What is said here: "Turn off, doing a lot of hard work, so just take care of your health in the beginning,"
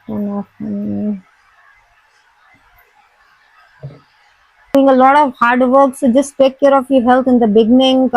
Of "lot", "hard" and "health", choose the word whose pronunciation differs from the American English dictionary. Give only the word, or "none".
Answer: health